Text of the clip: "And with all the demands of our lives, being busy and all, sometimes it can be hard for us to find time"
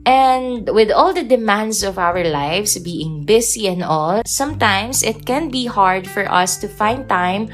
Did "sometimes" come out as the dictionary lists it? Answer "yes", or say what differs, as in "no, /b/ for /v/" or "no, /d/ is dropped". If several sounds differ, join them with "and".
no, /s/ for /z/